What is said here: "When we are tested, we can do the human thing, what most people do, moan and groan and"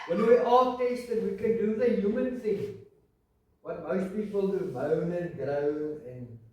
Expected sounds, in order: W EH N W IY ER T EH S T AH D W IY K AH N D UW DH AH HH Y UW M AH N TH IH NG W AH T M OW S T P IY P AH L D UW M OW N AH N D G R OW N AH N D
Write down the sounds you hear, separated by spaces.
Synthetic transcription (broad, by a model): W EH N W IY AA T EH S T AH D W IY K AH N D UW DH AH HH Y UW M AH N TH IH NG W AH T M OW S T P IY P AH L D UW M OW N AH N G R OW AH N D